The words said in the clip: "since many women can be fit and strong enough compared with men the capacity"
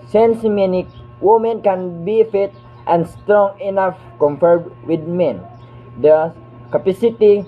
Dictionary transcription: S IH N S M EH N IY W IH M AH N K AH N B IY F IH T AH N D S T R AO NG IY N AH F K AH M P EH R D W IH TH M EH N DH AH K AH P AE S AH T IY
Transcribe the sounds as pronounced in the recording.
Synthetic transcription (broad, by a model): S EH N S M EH N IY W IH M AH N K AH N B IY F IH T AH N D S T R AO NG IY N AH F K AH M F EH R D W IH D M EH N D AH K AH P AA S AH T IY